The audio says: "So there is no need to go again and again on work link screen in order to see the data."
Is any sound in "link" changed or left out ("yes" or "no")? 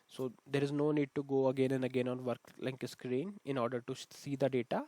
yes